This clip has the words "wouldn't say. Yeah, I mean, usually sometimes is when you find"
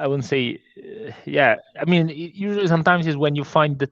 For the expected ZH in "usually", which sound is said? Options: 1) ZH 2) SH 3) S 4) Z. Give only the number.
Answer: 1